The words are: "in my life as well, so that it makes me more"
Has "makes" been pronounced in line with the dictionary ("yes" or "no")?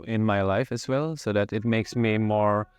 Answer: yes